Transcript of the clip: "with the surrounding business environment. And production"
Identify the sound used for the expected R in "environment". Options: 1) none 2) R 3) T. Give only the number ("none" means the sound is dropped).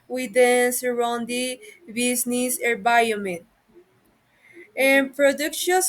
1